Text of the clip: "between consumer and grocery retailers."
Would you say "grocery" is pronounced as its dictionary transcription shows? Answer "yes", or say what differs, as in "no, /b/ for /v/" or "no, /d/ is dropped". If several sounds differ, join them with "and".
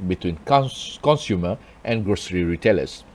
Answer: yes